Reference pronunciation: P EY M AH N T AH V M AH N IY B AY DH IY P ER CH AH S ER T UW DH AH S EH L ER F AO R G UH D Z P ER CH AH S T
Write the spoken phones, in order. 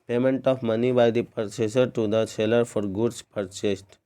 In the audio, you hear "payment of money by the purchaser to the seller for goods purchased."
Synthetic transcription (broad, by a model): P EY M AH N T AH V M AH N IY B AY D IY P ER S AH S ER T UW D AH S EH L ER F AO R G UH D S P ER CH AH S T